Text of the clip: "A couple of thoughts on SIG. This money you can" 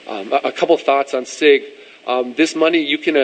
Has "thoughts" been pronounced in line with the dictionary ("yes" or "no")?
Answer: yes